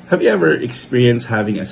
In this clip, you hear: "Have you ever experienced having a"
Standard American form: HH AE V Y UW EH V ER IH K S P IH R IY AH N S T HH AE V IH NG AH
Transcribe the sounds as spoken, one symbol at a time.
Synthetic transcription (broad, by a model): HH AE V Y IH EH V ER IH K S P IH R IY AH N S T HH AE V IH NG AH